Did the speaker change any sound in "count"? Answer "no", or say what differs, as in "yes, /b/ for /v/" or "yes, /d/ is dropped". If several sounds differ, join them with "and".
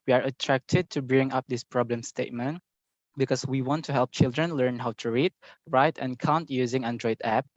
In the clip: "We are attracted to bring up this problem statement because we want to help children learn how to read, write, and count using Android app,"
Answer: no